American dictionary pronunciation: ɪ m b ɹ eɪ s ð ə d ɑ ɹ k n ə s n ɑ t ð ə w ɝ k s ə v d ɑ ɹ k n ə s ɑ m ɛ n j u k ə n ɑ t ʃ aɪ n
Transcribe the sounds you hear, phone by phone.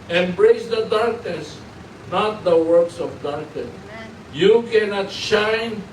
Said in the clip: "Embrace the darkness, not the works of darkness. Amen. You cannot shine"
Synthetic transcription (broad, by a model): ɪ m b ɹ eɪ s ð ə d ɑ ɹ k n ə s n ɑ t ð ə w ɝ k s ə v d ɑ ɹ k n ə s j u k ə n ɑ t ʃ aɪ n